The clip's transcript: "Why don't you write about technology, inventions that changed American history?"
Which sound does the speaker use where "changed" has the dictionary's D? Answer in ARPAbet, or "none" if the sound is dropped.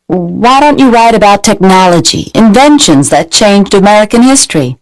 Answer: D